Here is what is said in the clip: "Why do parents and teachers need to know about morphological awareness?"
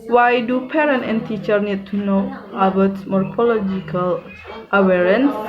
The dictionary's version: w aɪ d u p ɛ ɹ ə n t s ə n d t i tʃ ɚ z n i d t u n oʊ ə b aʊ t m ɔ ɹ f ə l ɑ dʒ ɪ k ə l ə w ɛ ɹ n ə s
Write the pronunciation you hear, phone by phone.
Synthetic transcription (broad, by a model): w aɪ d u p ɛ ɹ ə n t ə n t i tʃ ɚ n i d t u n oʊ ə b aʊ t m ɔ ɹ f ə l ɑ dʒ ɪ k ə l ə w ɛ ɹ n s